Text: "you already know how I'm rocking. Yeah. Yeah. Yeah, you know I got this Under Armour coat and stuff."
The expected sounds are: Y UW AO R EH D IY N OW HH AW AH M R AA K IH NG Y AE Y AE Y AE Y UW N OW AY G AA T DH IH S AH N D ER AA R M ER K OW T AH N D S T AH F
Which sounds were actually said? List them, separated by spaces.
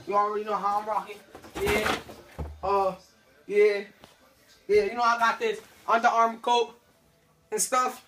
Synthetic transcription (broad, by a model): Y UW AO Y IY N OW HH AW AH M R AA K IH NG Y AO Y AE Y AE Y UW N OW AY G AA T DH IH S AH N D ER AA R M K OW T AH N S T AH F